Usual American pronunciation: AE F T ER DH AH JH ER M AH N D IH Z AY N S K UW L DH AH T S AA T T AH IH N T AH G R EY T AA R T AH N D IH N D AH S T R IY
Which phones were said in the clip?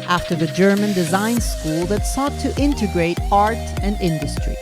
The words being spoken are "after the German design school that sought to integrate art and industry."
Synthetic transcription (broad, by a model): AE F T ER DH AH JH ER M AH N D IH Z AY N S K UW L DH AH T S AA T T IH N T AH G R EY T AA R T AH N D IH N D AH S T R IY